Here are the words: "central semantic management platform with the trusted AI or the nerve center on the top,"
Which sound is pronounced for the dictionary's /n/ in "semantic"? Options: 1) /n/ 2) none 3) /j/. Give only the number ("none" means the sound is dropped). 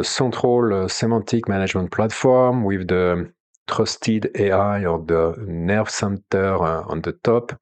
2